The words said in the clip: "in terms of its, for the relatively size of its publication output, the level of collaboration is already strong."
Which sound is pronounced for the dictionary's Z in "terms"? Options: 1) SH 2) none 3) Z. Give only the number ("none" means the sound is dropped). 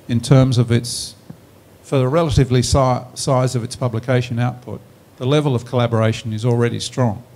3